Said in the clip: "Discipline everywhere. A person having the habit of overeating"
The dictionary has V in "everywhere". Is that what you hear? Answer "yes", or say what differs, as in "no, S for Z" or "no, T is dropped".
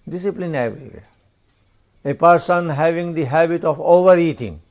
no, V is dropped